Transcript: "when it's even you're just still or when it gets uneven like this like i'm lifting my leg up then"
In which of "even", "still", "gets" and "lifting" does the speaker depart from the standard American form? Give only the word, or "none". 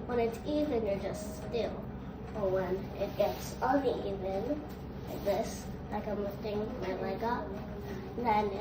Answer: lifting